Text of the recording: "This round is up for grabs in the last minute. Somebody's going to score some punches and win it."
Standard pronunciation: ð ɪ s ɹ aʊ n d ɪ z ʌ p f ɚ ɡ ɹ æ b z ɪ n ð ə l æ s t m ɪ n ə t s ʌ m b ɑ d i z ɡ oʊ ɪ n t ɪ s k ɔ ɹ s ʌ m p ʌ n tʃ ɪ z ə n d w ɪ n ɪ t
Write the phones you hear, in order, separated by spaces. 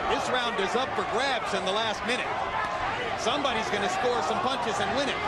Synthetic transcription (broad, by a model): ð ɪ s ɹ aʊ n d ɪ z ʌ p f ɚ ɡ ɹ æ b z ɪ n ð ə l æ s t m ɪ n ə t s ʌ m b ɑ d i z ɡ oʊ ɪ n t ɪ s k ɔ ɹ s ʌ m p ʌ n tʃ ɪ z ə n w ɪ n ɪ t